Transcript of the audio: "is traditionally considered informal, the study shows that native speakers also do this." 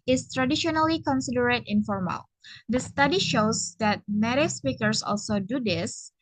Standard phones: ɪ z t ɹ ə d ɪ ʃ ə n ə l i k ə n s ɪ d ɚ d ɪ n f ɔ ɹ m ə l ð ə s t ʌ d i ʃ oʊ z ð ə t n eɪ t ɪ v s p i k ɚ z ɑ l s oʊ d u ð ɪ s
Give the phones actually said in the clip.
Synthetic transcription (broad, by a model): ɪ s t ɹ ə d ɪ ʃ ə n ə l i k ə n s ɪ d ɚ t ɪ n f ɔ ɹ m ə l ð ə s t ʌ d i ʃ oʊ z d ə t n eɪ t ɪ s p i k ɚ s ɑ l s oʊ d u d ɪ s